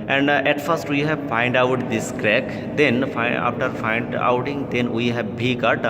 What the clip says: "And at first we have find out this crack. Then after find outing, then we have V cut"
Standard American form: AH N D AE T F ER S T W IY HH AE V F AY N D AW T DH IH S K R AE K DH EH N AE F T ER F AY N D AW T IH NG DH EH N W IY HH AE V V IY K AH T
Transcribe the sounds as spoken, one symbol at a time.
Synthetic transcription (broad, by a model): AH N D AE T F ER S T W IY HH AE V F AY N D AW T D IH S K R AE K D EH N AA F T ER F AY N D AW T IH NG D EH N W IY HH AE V B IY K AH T